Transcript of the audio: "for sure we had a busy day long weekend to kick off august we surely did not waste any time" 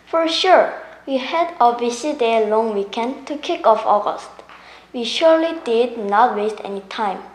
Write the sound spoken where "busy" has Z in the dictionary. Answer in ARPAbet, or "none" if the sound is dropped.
S